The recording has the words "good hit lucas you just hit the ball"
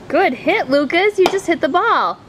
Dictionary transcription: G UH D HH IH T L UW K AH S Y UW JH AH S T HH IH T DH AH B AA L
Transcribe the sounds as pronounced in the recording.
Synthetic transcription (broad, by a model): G UH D HH IH T L UW K AH S Y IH JH AH S T HH IH T DH AH B AA L